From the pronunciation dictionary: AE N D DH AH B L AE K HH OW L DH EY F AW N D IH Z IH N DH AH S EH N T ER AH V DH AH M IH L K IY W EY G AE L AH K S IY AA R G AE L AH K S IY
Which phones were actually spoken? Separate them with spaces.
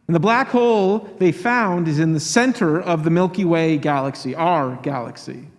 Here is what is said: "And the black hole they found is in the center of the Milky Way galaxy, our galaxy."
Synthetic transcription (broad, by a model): N DH AH B L AE K HH OW L DH EY F AW N D IH Z IH N DH AH S EH N T ER AH V DH AH M IH L K IY W EY G AE L AH K S IY AA R G AE L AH K S IY